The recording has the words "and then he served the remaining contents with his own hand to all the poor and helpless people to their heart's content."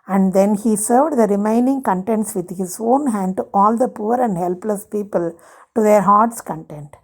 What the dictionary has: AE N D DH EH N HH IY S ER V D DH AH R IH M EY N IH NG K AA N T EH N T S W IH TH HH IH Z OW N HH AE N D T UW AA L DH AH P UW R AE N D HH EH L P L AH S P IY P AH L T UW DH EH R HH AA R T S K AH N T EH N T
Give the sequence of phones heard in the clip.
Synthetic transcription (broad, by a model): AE N D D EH N HH IY S ER V D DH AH R IH M EY N IH NG K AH N T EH N T S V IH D HH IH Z OW N HH AE N D T UW AA L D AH P UW R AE N D HH EH L P L AH S P IY P AH L T UW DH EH R HH AA R T S K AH N T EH N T